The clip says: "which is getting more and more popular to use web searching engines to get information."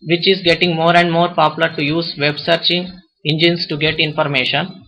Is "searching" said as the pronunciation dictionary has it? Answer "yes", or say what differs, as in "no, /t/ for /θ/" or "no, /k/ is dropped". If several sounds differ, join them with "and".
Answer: yes